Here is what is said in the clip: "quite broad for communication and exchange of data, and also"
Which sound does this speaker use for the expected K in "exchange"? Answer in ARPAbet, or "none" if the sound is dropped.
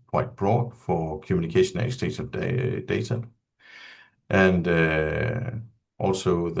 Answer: none